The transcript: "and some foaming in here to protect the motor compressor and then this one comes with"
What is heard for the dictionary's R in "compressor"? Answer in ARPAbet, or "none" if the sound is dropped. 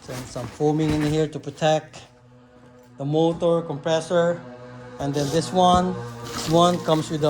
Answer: R